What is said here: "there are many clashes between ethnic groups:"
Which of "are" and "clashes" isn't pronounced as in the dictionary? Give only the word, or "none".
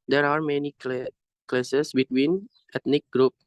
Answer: clashes